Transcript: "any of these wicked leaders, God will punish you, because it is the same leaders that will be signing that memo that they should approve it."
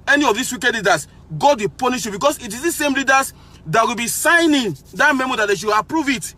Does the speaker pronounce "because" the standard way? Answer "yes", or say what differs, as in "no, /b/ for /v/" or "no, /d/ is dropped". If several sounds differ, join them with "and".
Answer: no, /s/ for /z/